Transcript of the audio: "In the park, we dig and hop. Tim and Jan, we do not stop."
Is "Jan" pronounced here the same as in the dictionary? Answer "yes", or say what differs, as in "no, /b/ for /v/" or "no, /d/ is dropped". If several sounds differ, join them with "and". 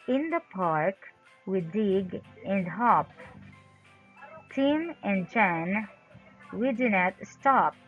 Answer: no, /tʃ/ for /dʒ/